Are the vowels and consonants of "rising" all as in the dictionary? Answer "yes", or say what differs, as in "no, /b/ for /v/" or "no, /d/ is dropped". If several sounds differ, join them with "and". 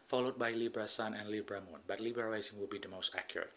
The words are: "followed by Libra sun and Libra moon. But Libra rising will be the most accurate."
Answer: no, /l/ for /ɹ/